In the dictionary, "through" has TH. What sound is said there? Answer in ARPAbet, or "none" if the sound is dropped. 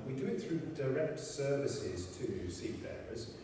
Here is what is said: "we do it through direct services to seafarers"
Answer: TH